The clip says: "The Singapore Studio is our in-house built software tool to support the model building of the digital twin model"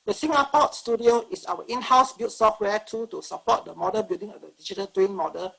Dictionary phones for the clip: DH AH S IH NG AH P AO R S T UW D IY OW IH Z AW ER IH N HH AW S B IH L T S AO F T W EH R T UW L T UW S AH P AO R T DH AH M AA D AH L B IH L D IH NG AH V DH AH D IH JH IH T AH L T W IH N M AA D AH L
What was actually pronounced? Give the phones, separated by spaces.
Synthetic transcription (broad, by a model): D AH S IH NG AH P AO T S T UW D IY OW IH S AW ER IH N HH AW S B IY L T S AO F T W EH T UW T UW S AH P AO T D AH M AA D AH B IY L D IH NG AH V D AH D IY JH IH T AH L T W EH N M AA D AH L